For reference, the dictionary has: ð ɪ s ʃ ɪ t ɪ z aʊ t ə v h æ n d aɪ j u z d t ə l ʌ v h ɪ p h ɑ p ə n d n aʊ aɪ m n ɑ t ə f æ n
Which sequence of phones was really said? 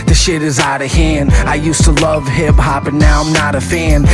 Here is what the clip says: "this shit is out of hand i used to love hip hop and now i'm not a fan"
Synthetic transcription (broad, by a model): ð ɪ ʃ ɪ t ɪ z aʊ t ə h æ n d aɪ j u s t ə l ʌ v h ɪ b h ɑ p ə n n aʊ aɪ m n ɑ t ə f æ n